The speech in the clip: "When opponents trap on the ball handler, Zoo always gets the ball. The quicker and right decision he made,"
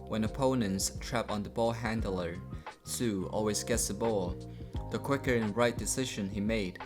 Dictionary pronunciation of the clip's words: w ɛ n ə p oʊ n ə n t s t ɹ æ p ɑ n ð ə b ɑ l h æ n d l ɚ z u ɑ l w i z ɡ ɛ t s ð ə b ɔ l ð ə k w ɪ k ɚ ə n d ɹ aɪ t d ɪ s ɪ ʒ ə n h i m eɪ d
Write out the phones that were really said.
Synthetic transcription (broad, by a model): w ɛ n ə p oʊ n ə n t s t ɹ æ p n ð ə b ɑ l h æ n d l ɚ s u ɑ l w i z ɡ ɛ t s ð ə b ɔ l ð ə k w ɪ k ɚ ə n ɹ aɪ t d ɪ s ɪ ʒ ə n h i m eɪ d